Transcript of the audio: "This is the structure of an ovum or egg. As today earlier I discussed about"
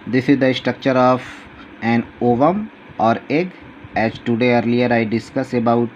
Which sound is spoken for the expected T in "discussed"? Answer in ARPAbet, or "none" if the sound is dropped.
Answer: none